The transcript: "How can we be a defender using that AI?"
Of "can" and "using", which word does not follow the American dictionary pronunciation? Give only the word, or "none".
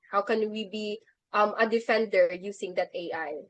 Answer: using